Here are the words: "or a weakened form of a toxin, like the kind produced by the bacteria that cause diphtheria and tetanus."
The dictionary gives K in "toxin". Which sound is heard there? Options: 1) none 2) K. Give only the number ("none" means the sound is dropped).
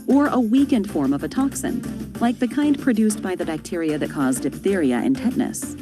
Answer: 2